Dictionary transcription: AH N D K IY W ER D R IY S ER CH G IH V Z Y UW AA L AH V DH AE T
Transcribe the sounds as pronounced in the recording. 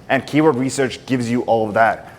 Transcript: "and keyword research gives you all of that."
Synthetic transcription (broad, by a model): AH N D K IY W ER D R IY S ER CH G IH V Z Y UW AA L AH V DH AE T